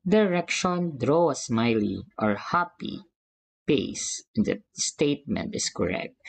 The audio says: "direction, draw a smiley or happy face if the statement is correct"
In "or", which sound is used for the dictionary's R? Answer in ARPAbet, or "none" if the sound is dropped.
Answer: R